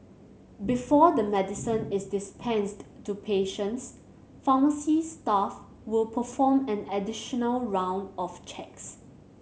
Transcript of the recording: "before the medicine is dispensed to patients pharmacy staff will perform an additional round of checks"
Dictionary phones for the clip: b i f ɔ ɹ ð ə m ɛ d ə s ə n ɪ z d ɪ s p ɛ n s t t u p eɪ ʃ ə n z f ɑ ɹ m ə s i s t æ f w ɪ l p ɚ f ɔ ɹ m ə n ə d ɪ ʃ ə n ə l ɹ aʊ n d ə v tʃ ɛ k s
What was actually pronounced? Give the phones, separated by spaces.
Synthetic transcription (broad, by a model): b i f ɔ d ə m ɛ d ə s ə n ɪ s d ɪ s p ɛ n s t t u p eɪ ʃ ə n s f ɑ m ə s i s t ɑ f w ɪ l p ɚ f ɔ m ə n ə d ɪ ʃ ə n ə l ɹ aʊ n d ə f tʃ ɛ k s